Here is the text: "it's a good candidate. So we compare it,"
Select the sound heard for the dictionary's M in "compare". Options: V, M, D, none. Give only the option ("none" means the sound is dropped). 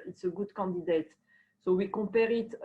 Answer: none